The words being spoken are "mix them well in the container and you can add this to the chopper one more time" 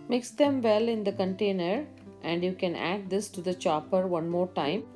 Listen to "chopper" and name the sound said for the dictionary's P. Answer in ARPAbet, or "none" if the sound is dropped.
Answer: P